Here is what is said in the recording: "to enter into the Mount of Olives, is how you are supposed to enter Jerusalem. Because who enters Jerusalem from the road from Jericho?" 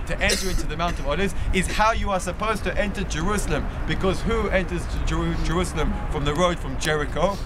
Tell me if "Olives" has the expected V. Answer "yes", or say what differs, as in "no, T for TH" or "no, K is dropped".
no, V is dropped